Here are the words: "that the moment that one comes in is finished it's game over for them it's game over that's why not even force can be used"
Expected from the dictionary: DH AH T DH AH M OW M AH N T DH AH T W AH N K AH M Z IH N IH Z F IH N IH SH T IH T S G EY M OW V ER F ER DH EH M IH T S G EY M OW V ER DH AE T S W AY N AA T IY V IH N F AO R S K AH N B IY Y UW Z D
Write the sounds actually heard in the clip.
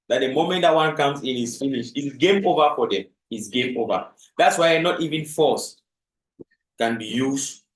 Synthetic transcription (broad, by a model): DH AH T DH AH M OW M AH N T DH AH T W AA N K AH M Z IH N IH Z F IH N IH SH IH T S G EY M OW V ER F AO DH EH M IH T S G EY M OW V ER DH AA T S W AY N AA T IY V IH N F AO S K AH N B IY Y UW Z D